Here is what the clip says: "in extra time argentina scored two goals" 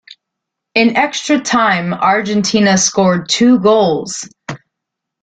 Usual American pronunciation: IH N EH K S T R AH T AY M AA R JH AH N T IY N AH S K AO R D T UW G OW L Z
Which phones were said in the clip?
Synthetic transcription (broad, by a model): IH N EH K S T R AH T AY M AA R JH AH N T IY N AH S K AO R D T UW G OW L Z